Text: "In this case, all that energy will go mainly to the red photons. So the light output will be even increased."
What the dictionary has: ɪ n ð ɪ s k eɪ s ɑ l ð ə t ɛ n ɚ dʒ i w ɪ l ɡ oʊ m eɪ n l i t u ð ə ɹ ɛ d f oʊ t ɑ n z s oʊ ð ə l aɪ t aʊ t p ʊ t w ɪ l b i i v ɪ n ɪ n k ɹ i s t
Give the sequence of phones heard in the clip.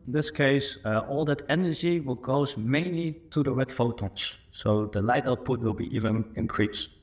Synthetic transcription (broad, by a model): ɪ n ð ɪ s k eɪ s ɑ l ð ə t ɛ n ɚ dʒ i w ɪ l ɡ oʊ m eɪ n l i t u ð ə ɹ ɛ d f oʊ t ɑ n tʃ s oʊ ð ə l aɪ t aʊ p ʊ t w ɪ l b i i v ɪ n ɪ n k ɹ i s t